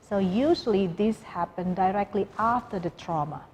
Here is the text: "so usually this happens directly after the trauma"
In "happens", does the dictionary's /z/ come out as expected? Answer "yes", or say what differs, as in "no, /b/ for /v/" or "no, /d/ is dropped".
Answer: no, /z/ is dropped